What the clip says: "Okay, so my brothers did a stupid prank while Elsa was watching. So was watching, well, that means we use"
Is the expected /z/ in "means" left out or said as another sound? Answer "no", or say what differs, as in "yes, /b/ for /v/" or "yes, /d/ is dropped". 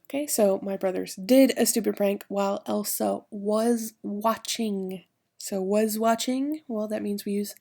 no